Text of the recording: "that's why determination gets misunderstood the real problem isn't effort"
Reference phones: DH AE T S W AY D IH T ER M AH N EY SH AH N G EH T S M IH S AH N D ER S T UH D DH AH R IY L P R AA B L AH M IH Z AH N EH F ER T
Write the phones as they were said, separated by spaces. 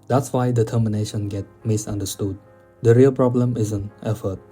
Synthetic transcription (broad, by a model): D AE T S W AY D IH T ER M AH N EY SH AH N G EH T M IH S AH N D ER S T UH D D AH R IY L P R AA B L AH M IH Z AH N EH F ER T